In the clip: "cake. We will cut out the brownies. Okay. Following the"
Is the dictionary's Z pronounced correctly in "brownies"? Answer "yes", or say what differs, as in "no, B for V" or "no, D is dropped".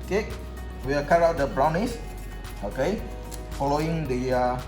no, S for Z